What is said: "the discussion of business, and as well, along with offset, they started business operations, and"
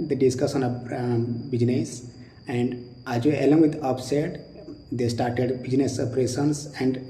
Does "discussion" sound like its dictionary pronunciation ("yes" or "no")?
no